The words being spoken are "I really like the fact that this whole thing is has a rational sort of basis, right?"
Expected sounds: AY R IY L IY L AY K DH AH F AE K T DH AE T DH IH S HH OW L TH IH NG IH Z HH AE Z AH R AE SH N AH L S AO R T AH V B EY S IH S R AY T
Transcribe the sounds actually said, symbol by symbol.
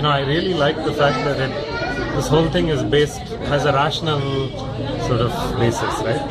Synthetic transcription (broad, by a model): AY R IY L IY L AY K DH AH F AE K T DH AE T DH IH S HH OW L T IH NG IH Z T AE Z AH R AE SH N AH L S AO R T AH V B EY S IH S R AY T